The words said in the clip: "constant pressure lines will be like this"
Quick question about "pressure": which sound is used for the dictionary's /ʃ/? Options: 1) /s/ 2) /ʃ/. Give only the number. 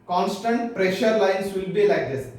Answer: 2